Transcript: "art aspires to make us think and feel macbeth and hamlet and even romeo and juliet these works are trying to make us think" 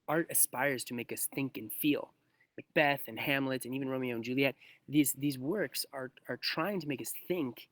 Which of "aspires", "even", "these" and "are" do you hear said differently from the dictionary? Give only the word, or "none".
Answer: none